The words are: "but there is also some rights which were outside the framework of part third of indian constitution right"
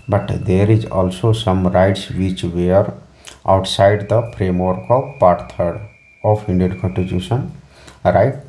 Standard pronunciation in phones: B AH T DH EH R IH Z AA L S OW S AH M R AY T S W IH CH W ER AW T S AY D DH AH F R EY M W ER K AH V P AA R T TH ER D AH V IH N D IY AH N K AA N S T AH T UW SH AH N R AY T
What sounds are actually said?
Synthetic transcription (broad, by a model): B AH T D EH R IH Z AA L S OW S AH M R AY T S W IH CH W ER AW T S AY D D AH P R EY M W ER K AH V P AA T T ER D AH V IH N D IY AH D K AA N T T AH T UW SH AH N R AY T